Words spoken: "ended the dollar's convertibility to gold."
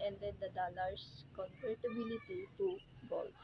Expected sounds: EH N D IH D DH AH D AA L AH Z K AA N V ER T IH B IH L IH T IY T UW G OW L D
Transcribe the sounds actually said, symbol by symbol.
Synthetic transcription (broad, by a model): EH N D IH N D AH D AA L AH S K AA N P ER T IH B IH L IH T IY T UW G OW L